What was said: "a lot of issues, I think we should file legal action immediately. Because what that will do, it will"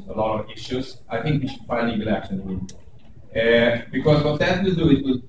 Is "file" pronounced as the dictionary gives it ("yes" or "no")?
no